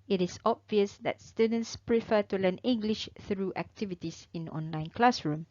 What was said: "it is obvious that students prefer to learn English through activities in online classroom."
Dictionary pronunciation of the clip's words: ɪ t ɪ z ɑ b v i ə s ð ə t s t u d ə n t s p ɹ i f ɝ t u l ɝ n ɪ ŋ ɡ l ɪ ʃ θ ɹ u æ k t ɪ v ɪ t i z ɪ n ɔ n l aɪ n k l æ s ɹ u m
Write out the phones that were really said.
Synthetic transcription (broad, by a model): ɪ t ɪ s ɑ b v i ə s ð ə t s t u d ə n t s p ɹ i f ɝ t u l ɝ n ɪ ŋ ɡ l ɪ ʃ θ ɹ u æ k t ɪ v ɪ t i s ɪ n ɔ n l aɪ n k l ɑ s ɹ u m